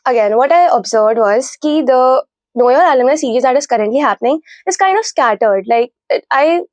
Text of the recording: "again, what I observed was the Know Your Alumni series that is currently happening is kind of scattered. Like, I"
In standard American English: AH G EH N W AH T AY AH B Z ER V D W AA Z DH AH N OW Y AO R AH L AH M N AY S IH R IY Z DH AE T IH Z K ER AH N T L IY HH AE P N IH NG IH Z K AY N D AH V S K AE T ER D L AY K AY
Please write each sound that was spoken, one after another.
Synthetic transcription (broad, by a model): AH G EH N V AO T AY AH B Z ER V D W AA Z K AH N OW Y AO R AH L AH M AY S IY R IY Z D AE T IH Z K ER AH N T L IY HH AE P N IH NG IH Z K AY N D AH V S K AE T ER D L AY K AY